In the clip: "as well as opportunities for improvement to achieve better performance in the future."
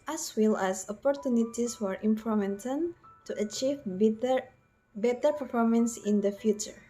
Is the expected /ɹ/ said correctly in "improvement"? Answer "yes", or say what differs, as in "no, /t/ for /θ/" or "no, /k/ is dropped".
no, /ɹ/ is dropped